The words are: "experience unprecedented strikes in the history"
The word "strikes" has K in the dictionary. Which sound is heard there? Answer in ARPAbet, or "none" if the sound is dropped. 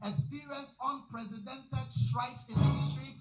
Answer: none